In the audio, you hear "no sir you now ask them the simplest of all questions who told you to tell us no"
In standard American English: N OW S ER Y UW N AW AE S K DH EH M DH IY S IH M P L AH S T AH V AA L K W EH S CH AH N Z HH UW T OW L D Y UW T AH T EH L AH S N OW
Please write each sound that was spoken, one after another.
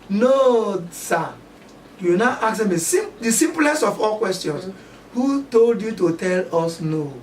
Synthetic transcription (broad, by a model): N OW S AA Y UW N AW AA K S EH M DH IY S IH M P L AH S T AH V AA L K W EH S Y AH N S HH UW T OW L D Y UW T AH T EH L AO S N OW